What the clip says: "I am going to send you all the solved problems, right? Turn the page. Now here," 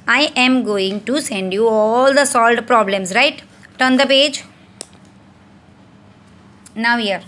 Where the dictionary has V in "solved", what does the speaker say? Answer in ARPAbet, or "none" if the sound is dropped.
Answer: none